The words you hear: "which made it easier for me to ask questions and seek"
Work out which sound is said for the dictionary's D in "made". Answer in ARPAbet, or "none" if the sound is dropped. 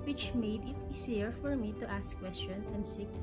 D